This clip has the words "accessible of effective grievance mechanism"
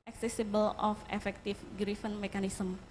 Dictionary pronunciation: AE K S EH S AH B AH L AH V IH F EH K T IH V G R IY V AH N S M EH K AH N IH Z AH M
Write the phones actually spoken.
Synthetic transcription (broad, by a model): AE K S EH S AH B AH L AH F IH F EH K T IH F G R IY F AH N M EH K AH N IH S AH M